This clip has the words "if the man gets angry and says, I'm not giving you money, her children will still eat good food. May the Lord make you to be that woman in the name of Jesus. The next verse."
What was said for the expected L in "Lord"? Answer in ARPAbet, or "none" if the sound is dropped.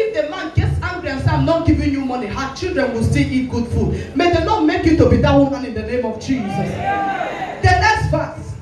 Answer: N